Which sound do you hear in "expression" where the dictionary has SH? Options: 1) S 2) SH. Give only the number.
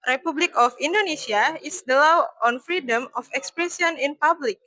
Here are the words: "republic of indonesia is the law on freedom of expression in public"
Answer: 1